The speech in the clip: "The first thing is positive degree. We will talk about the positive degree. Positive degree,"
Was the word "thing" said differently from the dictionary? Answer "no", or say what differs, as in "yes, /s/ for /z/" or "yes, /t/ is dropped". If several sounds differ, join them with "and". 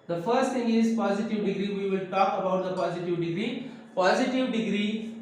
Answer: yes, /t/ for /θ/